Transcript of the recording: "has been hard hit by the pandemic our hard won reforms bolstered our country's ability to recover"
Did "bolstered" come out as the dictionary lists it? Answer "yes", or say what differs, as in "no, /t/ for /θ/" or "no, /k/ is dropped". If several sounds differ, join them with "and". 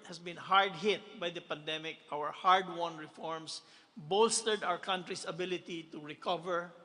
yes